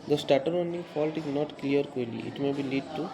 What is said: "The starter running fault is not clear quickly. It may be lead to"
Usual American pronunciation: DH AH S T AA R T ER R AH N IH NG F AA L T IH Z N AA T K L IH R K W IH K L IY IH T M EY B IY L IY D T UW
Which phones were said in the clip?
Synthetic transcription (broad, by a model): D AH S T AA R T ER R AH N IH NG F AA L T IH Z N AA T K L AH R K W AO L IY IH T M EY B IY L IY D T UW